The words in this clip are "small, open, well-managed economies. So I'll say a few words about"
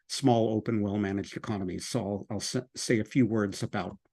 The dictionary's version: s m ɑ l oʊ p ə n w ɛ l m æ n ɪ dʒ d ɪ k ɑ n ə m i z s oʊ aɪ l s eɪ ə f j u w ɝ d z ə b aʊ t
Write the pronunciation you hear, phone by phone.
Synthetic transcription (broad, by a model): s m ɑ l oʊ p ə n w ɛ l m æ n ɪ dʒ d ɪ k ɑ n ə m i z s oʊ aɪ l s eɪ ə f j u w ɝ d z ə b aʊ t